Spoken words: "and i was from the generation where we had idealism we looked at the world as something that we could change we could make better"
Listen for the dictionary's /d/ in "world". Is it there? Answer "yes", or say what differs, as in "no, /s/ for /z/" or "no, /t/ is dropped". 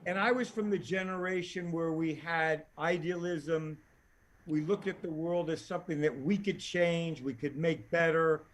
yes